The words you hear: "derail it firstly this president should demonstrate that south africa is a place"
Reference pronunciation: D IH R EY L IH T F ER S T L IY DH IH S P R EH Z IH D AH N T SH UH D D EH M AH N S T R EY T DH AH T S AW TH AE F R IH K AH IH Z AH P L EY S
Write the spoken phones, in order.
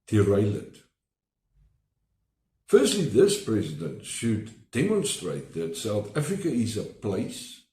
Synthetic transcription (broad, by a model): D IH R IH L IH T F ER S T L IY DH IH S P R EH Z IH D AH N T SH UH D D EH M AH N S T R EY T DH AH T S AW TH AE F R IH K AH IH Z AH P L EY S